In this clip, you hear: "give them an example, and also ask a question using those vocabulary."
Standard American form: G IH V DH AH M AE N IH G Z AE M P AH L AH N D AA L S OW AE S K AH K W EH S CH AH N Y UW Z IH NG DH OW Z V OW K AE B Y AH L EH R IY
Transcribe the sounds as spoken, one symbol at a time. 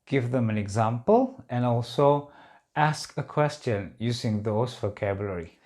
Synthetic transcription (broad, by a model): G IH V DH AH M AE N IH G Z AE M P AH L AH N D AA L S OW AE S K AH K W EH S CH AH N Y UW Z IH NG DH OW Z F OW K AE B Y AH L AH R IY